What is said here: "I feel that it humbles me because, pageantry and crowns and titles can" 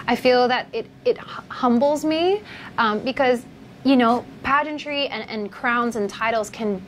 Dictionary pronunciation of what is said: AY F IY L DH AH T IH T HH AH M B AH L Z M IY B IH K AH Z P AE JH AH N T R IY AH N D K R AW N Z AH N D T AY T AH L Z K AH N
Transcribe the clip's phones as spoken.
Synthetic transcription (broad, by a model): AY F IY L DH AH T IH T HH AH M B L Z M IY B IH K AH Z P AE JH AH N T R IY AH N K R AW N Z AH N T AY T L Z K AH N